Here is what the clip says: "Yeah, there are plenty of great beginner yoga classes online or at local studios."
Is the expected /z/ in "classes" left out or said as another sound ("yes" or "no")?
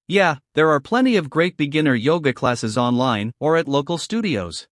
no